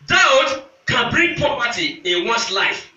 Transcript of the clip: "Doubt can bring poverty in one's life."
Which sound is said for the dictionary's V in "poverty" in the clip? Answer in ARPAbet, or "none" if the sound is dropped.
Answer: P